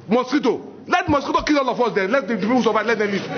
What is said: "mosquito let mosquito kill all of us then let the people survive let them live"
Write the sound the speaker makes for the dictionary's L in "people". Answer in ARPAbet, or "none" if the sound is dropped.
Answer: W